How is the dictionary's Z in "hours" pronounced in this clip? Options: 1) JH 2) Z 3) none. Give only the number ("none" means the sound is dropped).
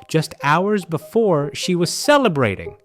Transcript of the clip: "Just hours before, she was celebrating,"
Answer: 2